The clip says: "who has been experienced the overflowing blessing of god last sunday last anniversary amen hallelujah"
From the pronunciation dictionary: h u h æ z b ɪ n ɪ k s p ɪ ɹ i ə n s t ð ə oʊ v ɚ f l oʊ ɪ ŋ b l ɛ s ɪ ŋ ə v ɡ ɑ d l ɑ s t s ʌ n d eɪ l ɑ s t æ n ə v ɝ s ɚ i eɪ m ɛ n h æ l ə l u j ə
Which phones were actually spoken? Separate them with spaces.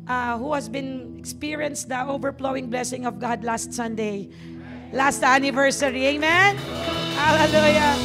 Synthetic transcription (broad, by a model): h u h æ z b ɪ n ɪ k s p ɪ ɹ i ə n s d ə oʊ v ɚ p l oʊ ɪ ŋ b l ɛ s ɪ ŋ ə v ɡ ɑ d l ɑ s t s ʌ n d eɪ l ɑ s t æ n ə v ɝ s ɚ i eɪ m ɛ n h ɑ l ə l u j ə